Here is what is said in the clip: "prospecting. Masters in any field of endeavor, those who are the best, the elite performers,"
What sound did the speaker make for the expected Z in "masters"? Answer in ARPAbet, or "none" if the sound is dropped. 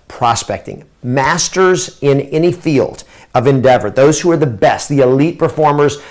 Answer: Z